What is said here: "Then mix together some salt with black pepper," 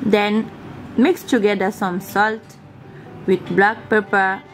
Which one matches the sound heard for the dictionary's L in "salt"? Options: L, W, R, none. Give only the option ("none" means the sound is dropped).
L